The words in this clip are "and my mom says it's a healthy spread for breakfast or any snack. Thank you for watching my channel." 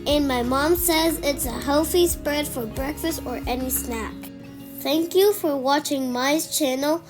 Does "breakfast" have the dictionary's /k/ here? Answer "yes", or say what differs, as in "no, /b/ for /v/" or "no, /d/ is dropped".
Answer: yes